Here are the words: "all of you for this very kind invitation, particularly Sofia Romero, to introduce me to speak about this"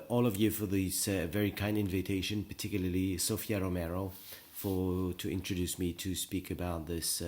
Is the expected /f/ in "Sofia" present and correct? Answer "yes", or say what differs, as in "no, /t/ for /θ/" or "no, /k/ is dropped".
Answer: yes